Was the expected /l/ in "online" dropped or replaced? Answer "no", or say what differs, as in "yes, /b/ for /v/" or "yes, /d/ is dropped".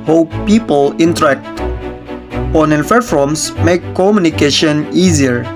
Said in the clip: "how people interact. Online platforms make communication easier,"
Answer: yes, /l/ is dropped